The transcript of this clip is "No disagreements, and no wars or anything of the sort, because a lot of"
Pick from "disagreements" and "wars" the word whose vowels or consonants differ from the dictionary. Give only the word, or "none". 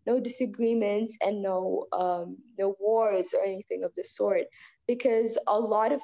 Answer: none